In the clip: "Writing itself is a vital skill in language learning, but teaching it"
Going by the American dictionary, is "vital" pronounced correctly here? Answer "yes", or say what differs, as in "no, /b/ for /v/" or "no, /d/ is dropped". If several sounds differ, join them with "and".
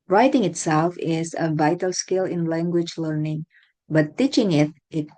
yes